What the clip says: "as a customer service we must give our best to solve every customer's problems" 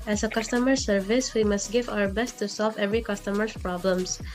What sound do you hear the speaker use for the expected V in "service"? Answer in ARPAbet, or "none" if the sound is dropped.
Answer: V